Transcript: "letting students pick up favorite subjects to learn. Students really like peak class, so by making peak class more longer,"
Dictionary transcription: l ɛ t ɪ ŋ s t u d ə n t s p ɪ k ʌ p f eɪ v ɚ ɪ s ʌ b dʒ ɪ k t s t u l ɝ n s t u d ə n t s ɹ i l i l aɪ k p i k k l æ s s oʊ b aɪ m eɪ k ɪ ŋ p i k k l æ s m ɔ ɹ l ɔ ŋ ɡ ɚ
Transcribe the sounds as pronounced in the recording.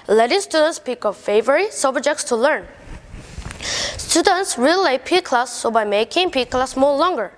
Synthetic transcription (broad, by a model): l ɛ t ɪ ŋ s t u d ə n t s p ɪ k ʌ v f eɪ v ɚ ɪ s ʌ b dʒ ɪ k t s t u l ɝ n s t u d ə n t s ɹ i l i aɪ p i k k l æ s s oʊ b aɪ m eɪ k ɪ ŋ p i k k l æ s m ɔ l ɔ ŋ ɡ ɚ